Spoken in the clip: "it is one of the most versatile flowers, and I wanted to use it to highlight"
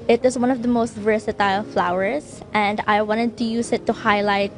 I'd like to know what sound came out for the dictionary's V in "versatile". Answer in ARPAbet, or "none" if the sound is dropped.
V